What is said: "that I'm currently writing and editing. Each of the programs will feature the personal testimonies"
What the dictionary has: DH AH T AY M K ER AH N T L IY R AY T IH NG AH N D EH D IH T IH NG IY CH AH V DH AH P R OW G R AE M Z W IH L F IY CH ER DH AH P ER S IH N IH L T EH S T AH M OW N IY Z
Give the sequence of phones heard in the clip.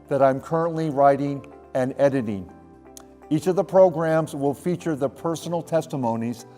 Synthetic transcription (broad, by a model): DH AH T AY M K ER AH N T L IY R AY T IH NG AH N EH D IH T IH NG IY CH AH V DH AH P R OW G R AE M Z W IH L F IY CH ER DH AH P ER S N L T EH S T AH M OW N IY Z